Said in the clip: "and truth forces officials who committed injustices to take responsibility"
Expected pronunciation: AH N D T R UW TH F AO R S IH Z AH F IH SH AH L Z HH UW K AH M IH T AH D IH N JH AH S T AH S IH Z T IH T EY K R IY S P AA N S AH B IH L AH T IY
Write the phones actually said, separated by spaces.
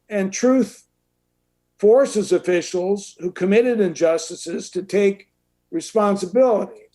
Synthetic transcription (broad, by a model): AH N T R UW TH F AO R S IH Z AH F IH SH L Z HH UW K AH M IH T AH D IH N JH AH S T AH S IH Z T IH T EY K R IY S P AA N S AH B IH L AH T IY